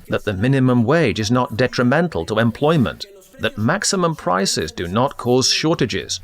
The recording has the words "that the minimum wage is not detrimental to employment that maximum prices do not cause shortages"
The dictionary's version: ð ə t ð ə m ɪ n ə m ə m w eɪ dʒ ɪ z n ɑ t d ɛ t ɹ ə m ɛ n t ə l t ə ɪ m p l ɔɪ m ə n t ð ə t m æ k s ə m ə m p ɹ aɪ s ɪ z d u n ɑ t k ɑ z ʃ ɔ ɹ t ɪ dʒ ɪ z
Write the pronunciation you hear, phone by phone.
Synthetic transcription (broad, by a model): ð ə t ð ə m ɪ n ə m ə m w eɪ dʒ ɪ z n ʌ t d ɛ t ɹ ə m ɛ n t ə l t ə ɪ m p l ɔɪ m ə n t ð ə t m æ k s ə m ə m p ɹ aɪ s ɪ z d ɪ n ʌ t k ɑ z ʃ ɔ ɹ t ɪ dʒ ɪ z